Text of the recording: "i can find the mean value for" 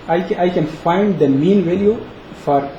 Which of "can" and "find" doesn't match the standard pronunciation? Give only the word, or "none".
none